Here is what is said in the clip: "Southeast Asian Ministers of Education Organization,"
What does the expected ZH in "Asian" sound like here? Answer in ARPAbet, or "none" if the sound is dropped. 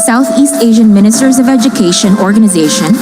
ZH